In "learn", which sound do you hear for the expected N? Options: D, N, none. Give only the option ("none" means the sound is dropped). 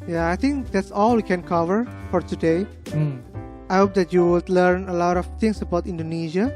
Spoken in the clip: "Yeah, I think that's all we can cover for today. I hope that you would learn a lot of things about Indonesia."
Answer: N